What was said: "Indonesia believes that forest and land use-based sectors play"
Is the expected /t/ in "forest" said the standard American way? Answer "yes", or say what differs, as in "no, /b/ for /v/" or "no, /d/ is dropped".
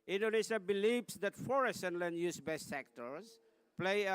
no, /t/ is dropped